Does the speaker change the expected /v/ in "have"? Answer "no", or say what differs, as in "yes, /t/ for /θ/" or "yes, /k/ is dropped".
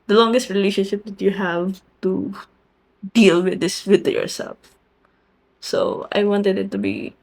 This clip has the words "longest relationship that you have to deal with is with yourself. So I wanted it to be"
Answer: no